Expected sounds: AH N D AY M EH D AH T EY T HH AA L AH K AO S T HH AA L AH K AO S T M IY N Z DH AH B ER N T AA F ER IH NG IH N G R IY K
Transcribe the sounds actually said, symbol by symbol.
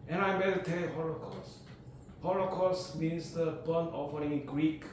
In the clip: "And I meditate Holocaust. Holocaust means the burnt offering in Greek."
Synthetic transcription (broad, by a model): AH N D AY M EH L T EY HH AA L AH K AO S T HH AA L AH K AO S T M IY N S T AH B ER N AA F ER IH NG G R IY K